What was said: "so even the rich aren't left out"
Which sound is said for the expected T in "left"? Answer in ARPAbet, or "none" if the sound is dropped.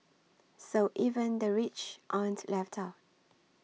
T